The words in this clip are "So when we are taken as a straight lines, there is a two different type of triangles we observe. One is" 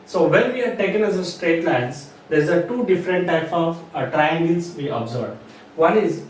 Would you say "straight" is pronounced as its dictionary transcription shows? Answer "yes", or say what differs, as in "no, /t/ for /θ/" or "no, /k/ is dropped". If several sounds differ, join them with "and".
yes